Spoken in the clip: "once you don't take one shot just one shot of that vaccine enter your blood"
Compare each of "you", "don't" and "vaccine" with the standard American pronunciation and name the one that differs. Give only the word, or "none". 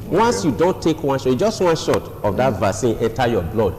vaccine